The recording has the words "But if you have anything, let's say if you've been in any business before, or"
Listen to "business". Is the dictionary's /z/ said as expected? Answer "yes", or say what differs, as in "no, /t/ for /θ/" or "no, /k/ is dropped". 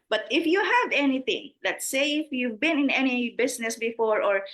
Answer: no, /s/ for /z/